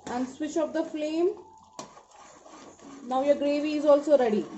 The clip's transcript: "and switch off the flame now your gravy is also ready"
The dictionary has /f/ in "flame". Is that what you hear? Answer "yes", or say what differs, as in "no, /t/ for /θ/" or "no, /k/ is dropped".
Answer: yes